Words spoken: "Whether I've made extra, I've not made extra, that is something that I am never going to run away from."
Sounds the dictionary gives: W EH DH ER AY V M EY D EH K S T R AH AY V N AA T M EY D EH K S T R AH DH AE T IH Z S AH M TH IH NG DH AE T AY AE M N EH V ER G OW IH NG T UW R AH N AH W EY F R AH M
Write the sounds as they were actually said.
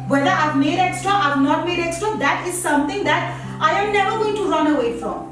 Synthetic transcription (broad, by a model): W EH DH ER AY V M EY D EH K S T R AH AY V N AA T M EY D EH K S T AH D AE T IH Z S AH M T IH NG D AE T AY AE M N EH V ER G OW IH NG T UW R AH N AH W EY F R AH M